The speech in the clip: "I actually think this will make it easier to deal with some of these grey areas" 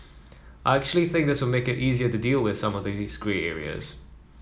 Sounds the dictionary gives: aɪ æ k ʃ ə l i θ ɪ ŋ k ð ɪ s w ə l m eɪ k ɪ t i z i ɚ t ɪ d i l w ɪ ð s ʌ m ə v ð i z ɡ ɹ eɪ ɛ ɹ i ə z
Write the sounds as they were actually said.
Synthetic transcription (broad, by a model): aɪ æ k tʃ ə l i θ ɪ ŋ k ð ɪ s w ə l m eɪ k ɪ t i z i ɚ t ɪ d i l w ɪ ð s ʌ m ə v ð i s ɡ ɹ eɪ ɛ ɹ i ə z